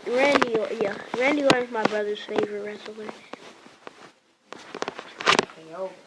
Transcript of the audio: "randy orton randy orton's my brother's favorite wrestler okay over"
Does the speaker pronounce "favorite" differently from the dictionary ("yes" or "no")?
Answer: no